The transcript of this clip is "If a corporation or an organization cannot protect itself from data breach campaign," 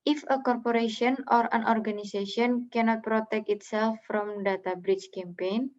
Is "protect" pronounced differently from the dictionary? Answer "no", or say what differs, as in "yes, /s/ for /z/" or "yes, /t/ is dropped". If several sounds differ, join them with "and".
no